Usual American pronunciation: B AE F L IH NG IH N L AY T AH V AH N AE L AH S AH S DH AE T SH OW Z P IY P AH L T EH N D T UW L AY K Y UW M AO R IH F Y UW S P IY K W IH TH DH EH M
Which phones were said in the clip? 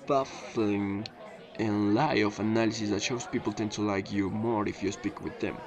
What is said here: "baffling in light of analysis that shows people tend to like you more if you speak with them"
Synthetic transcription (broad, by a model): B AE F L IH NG IH N L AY AH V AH N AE L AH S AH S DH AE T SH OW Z P IY P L T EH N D T UW L AY K Y UW M AO R IH F Y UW S P IY K W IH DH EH M